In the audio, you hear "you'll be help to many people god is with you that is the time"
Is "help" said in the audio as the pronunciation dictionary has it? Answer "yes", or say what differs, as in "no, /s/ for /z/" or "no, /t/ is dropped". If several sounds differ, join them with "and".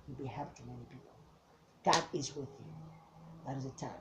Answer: no, /l/ is dropped